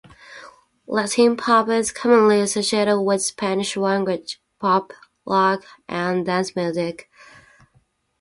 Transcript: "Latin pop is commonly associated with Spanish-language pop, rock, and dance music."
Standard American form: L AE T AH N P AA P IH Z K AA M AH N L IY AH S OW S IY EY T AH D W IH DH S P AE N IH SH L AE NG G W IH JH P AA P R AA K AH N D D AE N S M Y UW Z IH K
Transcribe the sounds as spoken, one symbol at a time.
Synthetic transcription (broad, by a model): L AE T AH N P AA P IH Z K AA M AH N L IY AH S OW S IY EY T AH D W IH DH S P AE N IH SH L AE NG G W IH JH P AA P L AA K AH N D D AE N S M Y UW Z IH K